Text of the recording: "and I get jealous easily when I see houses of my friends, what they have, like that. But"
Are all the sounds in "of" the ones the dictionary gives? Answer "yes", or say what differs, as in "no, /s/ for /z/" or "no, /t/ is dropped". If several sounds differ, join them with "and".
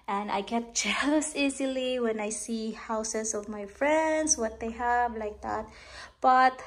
yes